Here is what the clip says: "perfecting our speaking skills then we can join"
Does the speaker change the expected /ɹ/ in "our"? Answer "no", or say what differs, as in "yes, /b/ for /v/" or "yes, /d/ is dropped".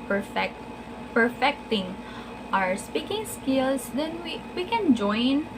no